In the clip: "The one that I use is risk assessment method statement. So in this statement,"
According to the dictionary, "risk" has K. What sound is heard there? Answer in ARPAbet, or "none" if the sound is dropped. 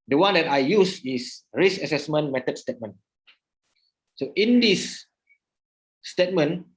none